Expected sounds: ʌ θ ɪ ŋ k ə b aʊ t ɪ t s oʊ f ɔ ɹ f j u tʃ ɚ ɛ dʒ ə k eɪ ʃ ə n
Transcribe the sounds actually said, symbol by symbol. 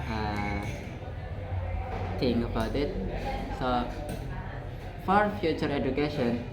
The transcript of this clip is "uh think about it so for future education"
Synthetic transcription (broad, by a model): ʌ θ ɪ ŋ ə b aʊ t ɪ t s oʊ f ɔ ɹ f j u tʃ ɚ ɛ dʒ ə k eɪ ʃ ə n